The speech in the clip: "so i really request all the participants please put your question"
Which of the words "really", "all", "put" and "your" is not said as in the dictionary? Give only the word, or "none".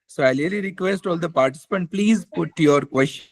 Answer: really